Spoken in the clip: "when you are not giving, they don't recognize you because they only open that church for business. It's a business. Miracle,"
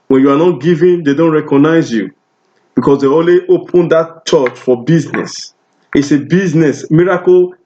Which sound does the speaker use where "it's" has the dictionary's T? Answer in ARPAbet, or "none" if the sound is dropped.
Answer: T